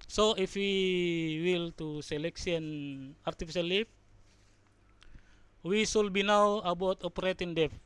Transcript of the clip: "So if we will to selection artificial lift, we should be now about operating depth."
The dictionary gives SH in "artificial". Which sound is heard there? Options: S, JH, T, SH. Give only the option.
S